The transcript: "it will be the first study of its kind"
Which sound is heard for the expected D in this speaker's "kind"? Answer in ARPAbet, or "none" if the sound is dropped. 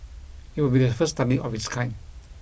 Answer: none